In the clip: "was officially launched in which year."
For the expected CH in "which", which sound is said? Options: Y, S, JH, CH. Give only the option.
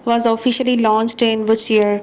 S